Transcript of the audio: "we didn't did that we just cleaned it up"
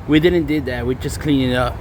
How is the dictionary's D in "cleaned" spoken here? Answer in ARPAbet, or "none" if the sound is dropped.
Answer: none